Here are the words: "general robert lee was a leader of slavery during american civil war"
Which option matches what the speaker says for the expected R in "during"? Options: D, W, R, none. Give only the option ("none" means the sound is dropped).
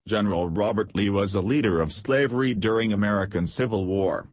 R